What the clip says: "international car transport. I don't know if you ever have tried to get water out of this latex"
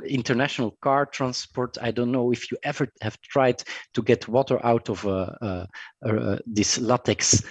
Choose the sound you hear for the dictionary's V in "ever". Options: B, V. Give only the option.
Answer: V